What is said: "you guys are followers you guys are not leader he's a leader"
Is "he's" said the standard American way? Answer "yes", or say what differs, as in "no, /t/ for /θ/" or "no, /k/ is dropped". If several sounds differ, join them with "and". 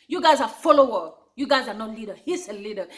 no, /s/ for /z/